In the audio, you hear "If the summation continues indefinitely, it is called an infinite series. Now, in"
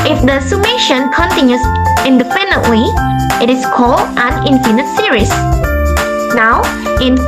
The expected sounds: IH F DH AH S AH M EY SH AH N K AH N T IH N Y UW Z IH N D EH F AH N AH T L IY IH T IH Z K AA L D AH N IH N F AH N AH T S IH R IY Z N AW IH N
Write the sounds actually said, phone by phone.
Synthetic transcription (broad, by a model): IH F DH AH S AH M EY SH AH N K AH N T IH N Y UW S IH N D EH P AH N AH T W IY IH T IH S K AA L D AH N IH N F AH N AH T S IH R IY S N AW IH N